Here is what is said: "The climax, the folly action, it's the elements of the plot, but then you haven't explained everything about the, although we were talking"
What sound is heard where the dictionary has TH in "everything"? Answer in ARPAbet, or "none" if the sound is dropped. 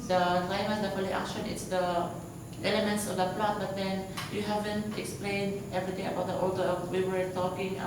T